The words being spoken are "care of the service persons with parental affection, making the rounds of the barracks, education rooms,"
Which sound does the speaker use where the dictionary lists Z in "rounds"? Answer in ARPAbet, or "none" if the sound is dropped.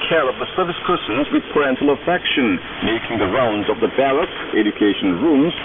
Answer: Z